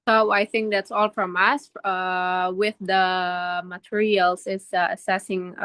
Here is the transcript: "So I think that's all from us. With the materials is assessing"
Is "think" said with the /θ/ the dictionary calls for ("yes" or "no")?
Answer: yes